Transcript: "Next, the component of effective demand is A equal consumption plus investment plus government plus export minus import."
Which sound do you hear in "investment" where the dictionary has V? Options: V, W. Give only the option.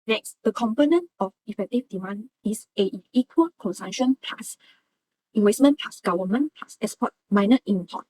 W